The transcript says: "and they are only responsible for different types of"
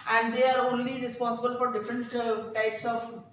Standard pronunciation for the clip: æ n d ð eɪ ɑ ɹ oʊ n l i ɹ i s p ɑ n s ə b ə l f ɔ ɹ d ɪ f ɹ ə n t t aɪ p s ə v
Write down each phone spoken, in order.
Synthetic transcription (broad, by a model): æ n d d eɪ ɑ ɹ oʊ n l i ɹ i s p ɑ n s ə b ə l f ɔ ɹ d ɪ f ɹ ə n t t aɪ p s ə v